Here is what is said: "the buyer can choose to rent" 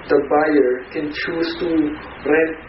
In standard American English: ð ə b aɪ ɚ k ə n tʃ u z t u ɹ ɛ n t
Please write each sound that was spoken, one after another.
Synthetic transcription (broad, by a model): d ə b aɪ ɚ k ə n tʃ u s t u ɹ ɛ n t